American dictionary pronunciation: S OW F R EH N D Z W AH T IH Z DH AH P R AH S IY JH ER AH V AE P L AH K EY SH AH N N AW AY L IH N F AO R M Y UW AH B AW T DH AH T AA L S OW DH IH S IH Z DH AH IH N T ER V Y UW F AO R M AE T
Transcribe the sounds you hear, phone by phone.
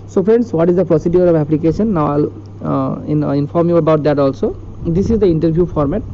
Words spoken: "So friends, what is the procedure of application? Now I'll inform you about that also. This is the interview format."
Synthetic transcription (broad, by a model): S OW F R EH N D S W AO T IH Z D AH P R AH S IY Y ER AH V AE P L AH K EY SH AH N N AW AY L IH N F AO R M Y UW AH B AW T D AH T AA L S OW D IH S IH Z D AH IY N T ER B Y UW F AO R M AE T